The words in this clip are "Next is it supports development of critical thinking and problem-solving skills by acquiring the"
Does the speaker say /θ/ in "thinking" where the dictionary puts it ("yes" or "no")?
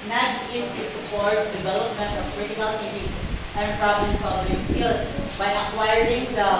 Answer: no